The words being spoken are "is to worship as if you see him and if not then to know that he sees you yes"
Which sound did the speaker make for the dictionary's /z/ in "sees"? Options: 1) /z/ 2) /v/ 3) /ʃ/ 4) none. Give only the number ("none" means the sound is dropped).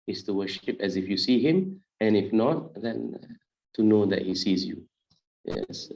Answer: 1